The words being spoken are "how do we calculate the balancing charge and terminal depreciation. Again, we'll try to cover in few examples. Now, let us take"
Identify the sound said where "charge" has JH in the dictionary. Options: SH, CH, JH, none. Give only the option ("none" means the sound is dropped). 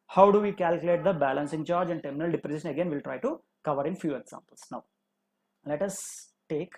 JH